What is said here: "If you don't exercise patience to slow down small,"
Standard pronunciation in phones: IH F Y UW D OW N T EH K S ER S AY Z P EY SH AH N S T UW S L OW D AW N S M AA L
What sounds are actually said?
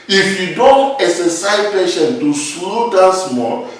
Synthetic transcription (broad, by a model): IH F Y UW D OW N T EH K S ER S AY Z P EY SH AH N T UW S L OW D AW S M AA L